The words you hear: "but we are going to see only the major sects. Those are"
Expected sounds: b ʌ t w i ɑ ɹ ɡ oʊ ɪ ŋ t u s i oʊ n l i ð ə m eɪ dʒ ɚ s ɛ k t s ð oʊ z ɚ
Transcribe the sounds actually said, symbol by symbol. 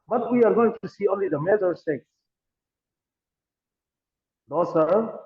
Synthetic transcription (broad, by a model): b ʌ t w i ɑ ɹ ɡ oʊ ɪ ŋ t u s i oʊ n l i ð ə m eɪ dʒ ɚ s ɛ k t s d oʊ s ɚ